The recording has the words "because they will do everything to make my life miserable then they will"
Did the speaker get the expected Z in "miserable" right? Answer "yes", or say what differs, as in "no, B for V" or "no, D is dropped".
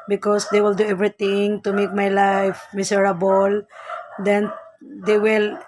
no, S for Z